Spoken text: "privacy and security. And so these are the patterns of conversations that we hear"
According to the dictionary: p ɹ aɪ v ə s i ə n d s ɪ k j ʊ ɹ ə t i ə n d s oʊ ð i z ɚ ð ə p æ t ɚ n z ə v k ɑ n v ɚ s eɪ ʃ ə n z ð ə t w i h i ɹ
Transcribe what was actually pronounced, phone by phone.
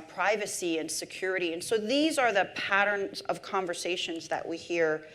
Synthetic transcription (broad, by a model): p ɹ aɪ v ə s i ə n s ɪ k j ʊ ɹ ə t i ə n s oʊ ð i z ɚ ð ə p æ t ɚ n z ə v k ɑ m v ɚ s eɪ ʃ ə n z ð ə t w i h i ɹ